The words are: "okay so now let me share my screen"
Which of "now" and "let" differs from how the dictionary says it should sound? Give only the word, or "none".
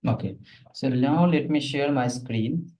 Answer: now